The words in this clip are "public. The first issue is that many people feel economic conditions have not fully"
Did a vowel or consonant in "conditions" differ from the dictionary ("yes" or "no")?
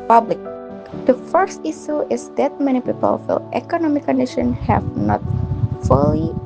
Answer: yes